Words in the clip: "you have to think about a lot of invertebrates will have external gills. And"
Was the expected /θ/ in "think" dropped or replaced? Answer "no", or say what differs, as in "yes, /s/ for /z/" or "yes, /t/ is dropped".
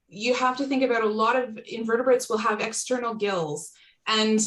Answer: no